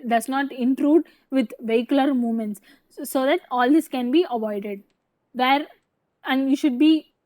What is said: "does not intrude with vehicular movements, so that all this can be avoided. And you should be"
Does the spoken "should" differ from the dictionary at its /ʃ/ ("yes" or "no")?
no